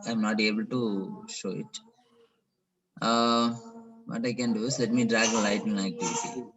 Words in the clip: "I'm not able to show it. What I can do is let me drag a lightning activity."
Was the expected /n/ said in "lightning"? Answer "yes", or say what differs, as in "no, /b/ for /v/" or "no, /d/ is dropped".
no, /n/ is dropped